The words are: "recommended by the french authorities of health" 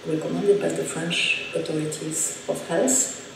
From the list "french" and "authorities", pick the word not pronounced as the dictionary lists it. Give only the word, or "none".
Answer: authorities